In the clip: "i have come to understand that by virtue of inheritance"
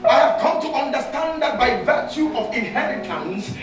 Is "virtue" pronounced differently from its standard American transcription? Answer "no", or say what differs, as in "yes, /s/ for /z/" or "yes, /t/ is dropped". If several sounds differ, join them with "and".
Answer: no